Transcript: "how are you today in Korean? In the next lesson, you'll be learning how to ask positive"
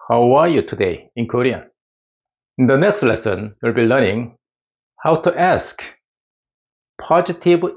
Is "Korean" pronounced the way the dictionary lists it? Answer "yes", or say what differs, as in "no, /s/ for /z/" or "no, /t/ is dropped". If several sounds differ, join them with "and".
no, /n/ is dropped